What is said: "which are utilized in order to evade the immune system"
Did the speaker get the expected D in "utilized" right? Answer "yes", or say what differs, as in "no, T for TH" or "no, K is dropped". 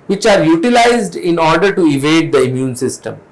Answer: yes